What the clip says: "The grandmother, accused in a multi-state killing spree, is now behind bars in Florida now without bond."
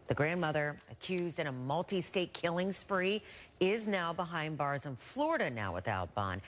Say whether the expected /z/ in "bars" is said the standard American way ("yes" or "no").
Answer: yes